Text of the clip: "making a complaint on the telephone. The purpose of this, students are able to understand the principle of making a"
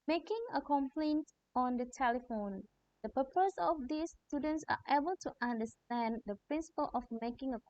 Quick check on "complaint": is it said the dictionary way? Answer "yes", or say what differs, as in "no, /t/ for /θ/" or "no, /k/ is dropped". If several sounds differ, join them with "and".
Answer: yes